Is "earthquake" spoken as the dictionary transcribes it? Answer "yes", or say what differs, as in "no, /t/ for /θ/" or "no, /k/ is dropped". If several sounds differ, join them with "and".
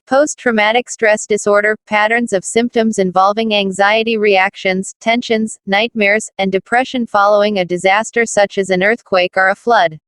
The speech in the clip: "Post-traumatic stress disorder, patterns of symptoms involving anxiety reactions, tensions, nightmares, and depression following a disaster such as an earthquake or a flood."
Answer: yes